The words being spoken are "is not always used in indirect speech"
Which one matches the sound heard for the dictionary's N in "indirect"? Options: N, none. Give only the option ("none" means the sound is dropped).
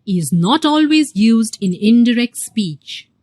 N